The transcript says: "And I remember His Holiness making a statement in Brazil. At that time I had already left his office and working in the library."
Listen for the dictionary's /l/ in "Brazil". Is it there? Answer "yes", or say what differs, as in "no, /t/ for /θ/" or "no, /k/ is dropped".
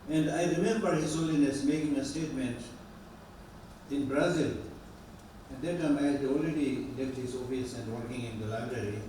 yes